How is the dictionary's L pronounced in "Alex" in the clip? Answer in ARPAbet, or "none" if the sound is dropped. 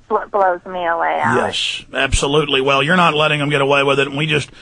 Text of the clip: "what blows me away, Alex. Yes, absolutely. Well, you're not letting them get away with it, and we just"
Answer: none